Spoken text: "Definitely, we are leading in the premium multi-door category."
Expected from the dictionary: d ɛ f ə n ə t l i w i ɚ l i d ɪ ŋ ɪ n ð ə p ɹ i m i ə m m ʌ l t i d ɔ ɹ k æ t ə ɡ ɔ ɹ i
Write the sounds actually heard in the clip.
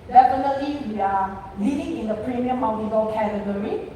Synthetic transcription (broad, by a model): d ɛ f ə n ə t l i w i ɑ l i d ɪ ŋ ɪ n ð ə p ɹ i m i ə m m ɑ w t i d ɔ l k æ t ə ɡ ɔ ɹ i